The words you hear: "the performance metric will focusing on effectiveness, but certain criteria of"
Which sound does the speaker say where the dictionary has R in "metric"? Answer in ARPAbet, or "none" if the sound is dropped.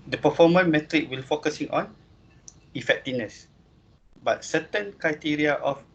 R